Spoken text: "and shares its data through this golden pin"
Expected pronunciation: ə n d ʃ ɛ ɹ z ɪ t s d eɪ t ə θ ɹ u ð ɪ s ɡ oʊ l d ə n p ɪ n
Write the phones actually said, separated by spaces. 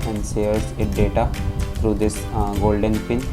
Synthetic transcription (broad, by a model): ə n d s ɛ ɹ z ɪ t d eɪ t ə t ɹ u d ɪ s ɡ oʊ l d ə n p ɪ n